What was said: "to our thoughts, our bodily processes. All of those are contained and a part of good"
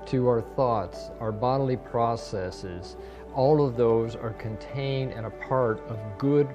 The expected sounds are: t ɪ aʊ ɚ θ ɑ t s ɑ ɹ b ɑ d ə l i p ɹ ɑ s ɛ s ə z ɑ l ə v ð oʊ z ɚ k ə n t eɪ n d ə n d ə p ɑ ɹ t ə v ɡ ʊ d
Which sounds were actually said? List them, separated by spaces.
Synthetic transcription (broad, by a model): t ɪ aʊ ɚ θ ɑ t s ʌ ɹ b ɑ d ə l i p ɹ ɑ s ɛ s ə z ɑ l ə v ð oʊ z ɚ k ə n t eɪ n d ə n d ə p ɑ ɹ t ə v ɡ ʊ d